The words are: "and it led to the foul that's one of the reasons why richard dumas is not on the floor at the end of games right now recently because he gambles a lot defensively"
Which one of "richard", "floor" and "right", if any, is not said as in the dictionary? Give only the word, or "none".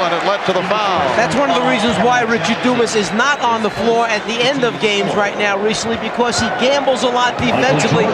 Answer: none